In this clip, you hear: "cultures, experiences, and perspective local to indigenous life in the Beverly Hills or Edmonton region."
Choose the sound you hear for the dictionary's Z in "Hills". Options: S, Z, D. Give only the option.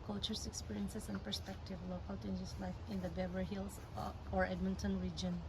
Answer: S